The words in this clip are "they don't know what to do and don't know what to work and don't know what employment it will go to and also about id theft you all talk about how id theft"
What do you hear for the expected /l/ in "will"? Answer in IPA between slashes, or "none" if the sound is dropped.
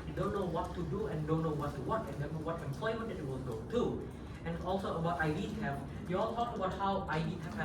/n/